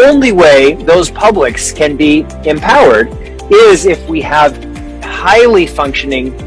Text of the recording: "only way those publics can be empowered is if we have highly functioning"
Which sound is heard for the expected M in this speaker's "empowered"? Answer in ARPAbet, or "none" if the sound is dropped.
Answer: M